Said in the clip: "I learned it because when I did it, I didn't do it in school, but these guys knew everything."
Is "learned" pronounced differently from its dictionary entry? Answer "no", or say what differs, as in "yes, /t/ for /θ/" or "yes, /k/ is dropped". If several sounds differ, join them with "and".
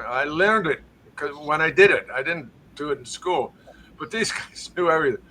no